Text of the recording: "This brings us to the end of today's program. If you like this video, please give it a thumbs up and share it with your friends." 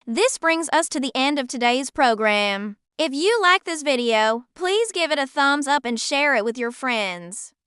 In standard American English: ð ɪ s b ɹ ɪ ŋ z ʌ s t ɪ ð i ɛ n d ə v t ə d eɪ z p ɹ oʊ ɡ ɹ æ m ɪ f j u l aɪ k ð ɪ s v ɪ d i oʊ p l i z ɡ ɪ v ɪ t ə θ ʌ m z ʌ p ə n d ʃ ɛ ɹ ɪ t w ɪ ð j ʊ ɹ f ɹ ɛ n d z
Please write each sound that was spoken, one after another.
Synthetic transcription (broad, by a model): ð ɪ s b ɹ ɪ ŋ z ʌ s t ɪ ð i ɛ n d ə v t ə d eɪ z p ɹ oʊ ɡ ɹ æ m ɪ f j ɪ l aɪ k ð ɪ s v ɪ d i oʊ p l i z ɡ ɪ v ɪ t ə θ ʌ m z ʌ p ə n ʃ ɛ ɹ ɪ t w ɪ ð j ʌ ɹ f ɹ ɛ n d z